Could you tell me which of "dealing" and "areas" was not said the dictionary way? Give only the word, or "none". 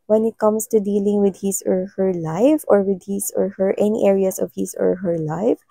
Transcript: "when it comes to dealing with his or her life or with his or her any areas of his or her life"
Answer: areas